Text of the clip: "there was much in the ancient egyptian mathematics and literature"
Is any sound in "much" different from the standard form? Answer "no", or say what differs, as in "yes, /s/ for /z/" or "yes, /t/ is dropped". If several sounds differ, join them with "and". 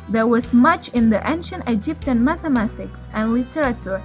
no